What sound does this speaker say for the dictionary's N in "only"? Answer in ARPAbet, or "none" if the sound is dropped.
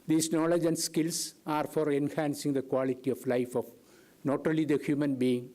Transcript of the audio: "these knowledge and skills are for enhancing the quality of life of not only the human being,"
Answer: none